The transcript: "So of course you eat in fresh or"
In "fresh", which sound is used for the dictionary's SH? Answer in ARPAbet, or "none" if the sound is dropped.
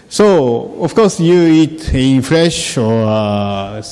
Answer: SH